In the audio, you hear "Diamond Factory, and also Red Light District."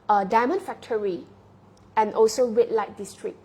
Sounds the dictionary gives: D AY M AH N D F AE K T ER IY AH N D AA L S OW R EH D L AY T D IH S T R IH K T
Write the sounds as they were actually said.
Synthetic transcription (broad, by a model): D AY M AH N F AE K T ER IY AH N AA L S OW W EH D L AY T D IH S T R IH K